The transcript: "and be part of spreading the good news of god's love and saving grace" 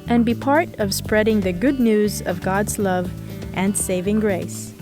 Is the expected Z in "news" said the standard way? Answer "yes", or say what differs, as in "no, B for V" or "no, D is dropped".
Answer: yes